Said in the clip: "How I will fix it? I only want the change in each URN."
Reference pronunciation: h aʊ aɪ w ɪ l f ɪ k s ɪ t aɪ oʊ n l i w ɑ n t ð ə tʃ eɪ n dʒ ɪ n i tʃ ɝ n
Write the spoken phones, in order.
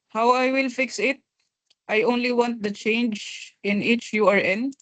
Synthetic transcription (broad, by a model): h aʊ aɪ w ɪ l f ɪ k s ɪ t aɪ oʊ n l i w ɑ n t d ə tʃ eɪ n dʒ ɪ n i tʃ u n